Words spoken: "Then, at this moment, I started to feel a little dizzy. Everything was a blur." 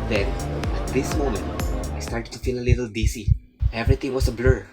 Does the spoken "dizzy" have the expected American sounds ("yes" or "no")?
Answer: no